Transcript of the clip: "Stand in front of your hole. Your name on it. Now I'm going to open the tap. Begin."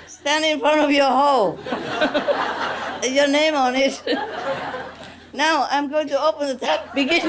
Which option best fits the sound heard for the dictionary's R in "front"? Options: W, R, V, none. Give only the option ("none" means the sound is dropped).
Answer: R